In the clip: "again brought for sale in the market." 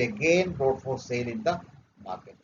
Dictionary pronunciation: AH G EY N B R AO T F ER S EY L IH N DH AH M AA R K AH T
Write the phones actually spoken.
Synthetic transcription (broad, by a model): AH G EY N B AO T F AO S EY L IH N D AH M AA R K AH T